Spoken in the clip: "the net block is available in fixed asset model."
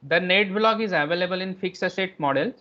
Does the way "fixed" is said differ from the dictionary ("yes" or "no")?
yes